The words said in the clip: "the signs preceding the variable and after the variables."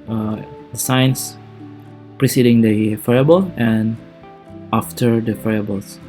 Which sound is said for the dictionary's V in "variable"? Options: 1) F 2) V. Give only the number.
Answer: 1